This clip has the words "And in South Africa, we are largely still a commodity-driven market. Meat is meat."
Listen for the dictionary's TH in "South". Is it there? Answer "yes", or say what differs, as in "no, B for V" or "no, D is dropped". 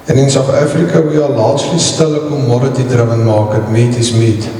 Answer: no, T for TH